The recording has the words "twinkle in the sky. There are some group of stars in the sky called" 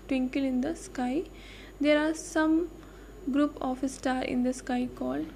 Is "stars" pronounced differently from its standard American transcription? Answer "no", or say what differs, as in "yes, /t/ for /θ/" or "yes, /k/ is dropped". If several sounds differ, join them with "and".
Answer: yes, /z/ is dropped